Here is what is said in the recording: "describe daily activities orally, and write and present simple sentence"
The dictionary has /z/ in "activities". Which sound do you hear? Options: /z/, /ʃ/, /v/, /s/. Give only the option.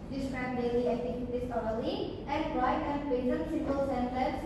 /s/